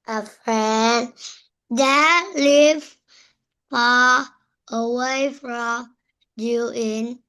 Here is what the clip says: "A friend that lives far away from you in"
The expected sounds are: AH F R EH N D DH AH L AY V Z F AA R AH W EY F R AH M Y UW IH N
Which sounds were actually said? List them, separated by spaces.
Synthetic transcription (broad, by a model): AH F R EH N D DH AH L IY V F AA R AH W EY F R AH M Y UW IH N